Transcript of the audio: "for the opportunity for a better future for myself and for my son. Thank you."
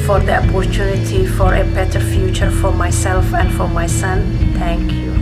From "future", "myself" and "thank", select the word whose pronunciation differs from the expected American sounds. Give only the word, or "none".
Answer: thank